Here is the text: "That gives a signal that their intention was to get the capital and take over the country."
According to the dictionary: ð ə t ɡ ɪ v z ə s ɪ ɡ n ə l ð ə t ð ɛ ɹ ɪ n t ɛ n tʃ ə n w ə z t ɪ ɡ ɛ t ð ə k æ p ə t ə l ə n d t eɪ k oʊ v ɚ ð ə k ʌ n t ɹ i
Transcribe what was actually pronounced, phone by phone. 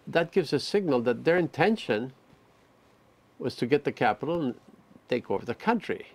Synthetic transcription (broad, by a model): ð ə t ɡ ɪ v z ə s ɪ ɡ n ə l ð ə t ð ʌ ɹ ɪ n t ɛ n ʃ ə n w ə z t ɪ ɡ ɛ t ð ə k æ p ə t l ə n t eɪ k oʊ v ɚ ð ə k ʌ n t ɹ i